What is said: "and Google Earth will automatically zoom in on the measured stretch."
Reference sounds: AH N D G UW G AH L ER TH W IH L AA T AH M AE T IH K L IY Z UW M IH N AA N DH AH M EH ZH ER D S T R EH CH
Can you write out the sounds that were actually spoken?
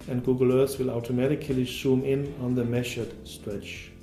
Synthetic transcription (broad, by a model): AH N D G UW G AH L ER S W IH L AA T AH M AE T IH K L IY S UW M IH N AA N DH AH M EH SH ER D S T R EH CH